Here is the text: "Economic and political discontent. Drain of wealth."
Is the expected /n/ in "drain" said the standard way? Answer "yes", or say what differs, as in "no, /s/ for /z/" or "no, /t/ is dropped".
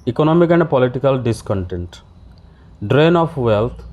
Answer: yes